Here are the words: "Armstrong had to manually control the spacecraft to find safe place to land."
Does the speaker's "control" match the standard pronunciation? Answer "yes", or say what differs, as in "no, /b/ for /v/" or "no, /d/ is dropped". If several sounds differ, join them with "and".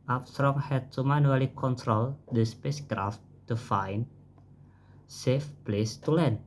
yes